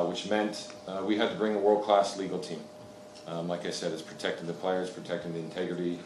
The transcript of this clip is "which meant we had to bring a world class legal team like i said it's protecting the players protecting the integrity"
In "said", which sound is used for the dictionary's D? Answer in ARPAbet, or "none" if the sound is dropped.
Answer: D